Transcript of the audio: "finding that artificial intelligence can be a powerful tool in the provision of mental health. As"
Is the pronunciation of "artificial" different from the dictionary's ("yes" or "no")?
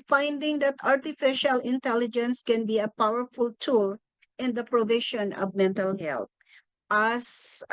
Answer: no